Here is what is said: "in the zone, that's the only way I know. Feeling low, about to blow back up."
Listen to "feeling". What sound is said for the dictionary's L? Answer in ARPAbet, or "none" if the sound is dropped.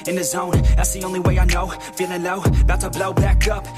N